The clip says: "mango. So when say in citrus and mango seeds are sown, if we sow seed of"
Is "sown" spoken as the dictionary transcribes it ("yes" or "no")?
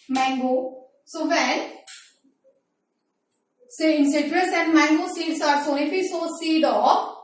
no